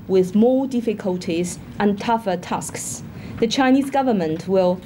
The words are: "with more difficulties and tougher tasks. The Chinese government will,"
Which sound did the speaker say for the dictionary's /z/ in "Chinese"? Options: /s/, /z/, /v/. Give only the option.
/z/